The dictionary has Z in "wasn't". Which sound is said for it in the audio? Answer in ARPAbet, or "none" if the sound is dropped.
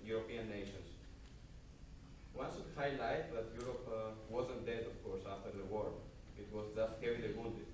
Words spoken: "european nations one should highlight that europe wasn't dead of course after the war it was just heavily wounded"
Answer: Z